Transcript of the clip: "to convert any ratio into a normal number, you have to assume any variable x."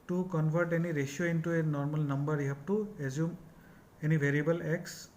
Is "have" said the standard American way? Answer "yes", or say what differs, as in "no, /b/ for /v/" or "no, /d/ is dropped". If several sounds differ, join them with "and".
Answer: no, /p/ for /v/